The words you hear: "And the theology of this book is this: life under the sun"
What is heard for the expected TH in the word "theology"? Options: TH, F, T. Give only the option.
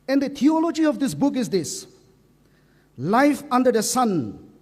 T